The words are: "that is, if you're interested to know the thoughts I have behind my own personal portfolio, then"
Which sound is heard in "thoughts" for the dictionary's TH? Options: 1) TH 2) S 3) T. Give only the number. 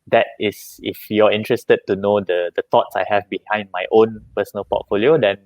3